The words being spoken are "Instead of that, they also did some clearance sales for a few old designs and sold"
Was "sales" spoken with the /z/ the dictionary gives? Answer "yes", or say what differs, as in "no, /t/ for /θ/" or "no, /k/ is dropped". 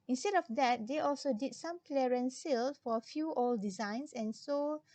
no, /z/ is dropped